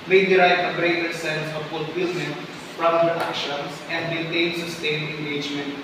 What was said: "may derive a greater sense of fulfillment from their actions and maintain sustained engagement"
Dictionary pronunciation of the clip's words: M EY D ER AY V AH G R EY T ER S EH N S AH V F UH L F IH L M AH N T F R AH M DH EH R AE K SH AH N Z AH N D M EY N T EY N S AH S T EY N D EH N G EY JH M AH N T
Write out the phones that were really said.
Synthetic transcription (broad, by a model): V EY D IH AY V AH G R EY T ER S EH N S AH V F UH L F IH L M AH N T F R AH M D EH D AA K SH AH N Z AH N D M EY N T EY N S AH S T EY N EH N G EY JH M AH N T